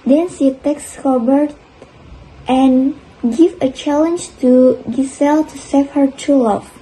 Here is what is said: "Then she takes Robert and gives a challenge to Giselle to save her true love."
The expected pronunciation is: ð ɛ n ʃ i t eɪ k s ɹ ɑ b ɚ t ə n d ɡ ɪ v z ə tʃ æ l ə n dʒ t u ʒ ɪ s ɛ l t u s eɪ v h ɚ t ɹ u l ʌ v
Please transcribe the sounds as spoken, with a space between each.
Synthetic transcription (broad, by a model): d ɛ n s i t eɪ k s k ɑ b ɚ t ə n ɡ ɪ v ə tʃ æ l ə n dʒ t u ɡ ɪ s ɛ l t u s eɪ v h ɚ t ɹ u l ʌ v